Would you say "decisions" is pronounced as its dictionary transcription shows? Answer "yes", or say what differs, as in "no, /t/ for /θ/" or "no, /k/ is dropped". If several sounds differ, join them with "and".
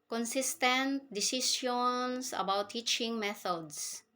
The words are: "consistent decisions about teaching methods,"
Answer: no, /s/ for /ʒ/ and /s/ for /z/